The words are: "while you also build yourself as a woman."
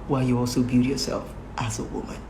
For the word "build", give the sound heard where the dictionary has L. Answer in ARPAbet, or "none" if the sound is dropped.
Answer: none